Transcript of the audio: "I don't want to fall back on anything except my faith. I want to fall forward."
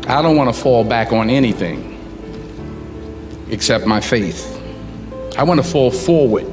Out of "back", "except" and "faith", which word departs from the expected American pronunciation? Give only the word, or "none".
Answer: none